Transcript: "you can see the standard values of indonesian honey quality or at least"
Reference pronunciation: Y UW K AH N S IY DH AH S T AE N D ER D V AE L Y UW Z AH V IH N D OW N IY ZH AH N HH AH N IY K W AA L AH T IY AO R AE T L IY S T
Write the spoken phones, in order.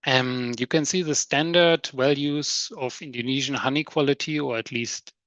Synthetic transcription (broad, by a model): Y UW K AH N S IY DH AH S T AE N D ER D W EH L Y UW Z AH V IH N D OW N IY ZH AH N HH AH N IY K W AA L AH T IY AO R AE T L IY S T